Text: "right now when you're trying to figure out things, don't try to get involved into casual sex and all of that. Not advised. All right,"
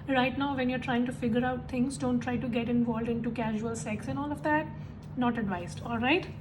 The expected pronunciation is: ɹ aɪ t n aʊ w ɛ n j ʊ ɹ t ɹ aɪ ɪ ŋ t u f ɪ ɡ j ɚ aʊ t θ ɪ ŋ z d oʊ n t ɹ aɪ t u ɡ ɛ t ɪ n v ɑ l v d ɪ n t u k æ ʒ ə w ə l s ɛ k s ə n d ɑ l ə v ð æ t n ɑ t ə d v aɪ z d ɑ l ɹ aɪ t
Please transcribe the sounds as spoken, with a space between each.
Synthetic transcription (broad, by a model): ɹ aɪ t n aʊ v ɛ n j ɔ ɹ t ɹ aɪ ɪ ŋ t u f ɪ ɡ j ɚ aʊ t t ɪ ŋ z d oʊ n t ɹ aɪ t u ɡ ɛ t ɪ n v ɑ l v d ɪ n t u k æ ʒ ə ə l s ɛ k s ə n ɑ l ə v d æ t n ɑ t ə d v aɪ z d ɑ l ɹ aɪ t